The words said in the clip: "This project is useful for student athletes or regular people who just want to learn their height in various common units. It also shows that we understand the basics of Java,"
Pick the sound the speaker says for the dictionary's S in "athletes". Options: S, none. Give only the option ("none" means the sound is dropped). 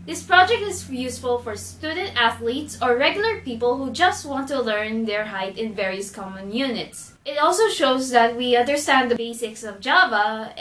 S